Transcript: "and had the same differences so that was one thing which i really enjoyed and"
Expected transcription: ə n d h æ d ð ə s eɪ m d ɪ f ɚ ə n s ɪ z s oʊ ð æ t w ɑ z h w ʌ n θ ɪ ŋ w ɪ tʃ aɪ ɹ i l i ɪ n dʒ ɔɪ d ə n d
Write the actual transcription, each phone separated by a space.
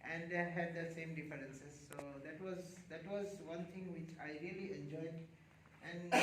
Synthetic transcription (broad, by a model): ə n d h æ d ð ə s eɪ m d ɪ f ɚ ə n s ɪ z s oʊ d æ t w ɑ z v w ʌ n t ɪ ŋ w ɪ tʃ aɪ ɹ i l i ɪ n dʒ ɔɪ d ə n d